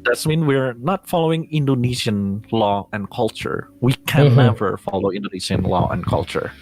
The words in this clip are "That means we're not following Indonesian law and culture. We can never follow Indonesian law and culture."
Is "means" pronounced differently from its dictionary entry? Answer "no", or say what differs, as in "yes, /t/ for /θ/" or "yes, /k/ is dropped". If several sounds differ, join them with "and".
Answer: yes, /z/ is dropped